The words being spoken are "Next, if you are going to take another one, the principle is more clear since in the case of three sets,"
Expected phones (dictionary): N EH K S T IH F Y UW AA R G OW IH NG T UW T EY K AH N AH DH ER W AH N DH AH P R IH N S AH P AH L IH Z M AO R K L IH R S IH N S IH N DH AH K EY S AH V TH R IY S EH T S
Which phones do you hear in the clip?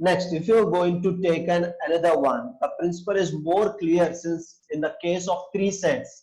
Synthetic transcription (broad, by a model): N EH K S T IH F Y UW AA R G OW IH NG T UW T EY K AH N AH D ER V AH N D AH P R IH N S AH P AH L IH Z M AO R K L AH R S IH N S IH N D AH K EY S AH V T R IY S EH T S